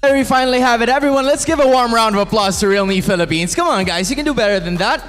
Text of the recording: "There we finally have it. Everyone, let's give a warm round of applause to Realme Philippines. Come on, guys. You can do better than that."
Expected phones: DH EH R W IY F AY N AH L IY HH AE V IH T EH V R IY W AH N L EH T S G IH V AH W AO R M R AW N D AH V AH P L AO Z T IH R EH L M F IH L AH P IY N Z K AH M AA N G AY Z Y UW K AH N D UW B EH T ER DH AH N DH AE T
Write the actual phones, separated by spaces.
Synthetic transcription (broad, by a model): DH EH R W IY F AY N L IY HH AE V IH T EH V R IY W AH N L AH T S G IH V AH W AO R M R AW N D AH V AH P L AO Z T IH R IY L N F IH L AH P IY N Z K AH M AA N G AY Z Y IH K AH N D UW B EH T ER DH AH N DH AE T